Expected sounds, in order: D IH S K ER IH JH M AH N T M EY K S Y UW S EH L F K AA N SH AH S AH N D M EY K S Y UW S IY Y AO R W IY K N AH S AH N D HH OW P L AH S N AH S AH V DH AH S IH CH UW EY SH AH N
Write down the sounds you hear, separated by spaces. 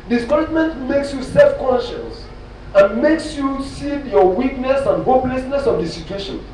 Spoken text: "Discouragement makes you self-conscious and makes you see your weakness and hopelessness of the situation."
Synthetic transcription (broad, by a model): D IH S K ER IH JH M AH N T M EY K S Y UW S EH L F K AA N SH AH S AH N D M EY K S Y UW S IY Y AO W IY K N AH S AH N D HH OW P L AH S N AH S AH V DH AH S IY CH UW EY SH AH N